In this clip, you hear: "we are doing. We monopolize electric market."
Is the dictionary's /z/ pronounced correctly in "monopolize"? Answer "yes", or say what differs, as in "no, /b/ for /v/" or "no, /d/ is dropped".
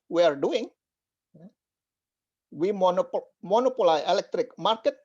no, /z/ is dropped